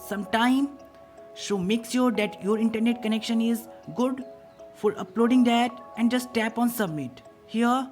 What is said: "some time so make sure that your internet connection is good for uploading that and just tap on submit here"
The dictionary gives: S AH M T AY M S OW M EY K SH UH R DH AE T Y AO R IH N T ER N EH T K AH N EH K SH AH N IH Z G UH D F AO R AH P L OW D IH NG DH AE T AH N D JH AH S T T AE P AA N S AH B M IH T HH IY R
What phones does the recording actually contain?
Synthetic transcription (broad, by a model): S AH M T AY M SH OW M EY K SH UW R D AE T Y AO R IH N T ER N EH T K AH N EH K SH AH N IH Z G UH D F AO R AH P L OW D IH NG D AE T AH N D JH AH S T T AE P AA N S AH B M IH T HH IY R